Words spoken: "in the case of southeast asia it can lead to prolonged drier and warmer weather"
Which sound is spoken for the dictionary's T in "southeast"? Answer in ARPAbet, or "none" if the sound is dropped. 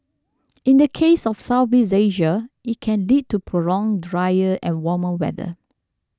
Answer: none